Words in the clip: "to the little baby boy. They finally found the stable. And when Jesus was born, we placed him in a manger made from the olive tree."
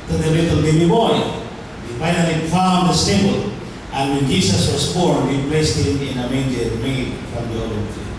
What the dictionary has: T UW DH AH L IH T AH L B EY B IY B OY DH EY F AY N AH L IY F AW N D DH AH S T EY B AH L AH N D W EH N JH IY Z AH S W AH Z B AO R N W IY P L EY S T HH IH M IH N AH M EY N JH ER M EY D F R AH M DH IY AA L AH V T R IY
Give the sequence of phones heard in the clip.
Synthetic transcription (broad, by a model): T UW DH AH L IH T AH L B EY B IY B OY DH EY F AY N AH L IY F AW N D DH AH S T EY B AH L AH N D W EH N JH IY S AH S W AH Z B AO R N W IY P L EY S T HH IH M IH N AH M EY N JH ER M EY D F R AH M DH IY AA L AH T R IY